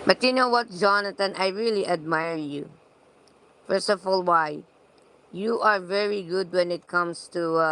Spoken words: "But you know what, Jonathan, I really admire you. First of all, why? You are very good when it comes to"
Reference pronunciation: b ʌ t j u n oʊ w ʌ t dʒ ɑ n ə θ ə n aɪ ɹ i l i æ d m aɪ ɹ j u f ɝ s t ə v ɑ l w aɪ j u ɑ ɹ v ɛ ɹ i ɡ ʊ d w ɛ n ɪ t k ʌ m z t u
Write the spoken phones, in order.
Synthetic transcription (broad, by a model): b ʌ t j u n oʊ w ʌ t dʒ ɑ n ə t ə n aɪ ɹ i l i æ d m aɪ ɹ j u f ɝ s t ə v ɑ l w aɪ j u ɑ ɹ v ɛ ɹ i ɡ ʊ d w ɛ n ɪ t k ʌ m s t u